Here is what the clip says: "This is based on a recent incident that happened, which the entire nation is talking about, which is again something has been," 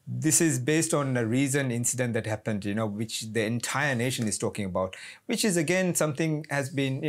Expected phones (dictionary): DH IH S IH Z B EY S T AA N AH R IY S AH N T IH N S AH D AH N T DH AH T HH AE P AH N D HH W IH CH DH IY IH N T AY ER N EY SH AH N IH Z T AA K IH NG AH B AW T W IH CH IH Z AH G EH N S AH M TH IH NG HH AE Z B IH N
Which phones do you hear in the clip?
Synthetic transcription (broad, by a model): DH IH S IH Z B EY S T AA N AH R IY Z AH N IH N S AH D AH N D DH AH T HH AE P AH N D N W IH CH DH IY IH N T AY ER N EY SH AH N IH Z T AA K IH NG AH B AW T W IH CH IH Z AH G EH N S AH M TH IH NG HH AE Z B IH N